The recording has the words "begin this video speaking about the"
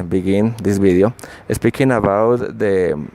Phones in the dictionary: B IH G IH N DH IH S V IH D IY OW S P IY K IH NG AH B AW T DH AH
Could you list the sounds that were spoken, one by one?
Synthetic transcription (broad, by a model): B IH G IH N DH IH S B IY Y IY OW S P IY K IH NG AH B AW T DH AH